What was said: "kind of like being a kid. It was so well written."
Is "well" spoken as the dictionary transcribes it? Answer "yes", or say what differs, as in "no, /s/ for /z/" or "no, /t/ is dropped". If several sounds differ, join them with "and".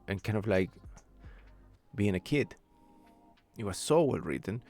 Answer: yes